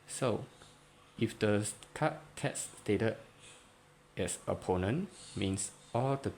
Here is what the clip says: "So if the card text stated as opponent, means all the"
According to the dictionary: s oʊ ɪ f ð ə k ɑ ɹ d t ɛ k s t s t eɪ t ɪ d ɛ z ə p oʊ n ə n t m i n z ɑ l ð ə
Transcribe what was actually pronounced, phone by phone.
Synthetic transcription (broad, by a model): s oʊ ɪ f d ə k ɑ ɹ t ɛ s s t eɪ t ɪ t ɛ s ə p oʊ n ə n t m i n s ɑ l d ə